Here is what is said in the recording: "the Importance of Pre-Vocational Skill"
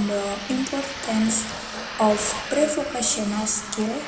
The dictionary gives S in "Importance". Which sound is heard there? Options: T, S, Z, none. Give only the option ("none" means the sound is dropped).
S